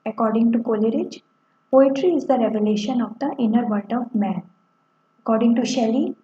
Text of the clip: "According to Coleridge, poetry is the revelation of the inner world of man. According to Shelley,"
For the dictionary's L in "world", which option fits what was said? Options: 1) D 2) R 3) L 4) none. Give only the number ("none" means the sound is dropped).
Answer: 4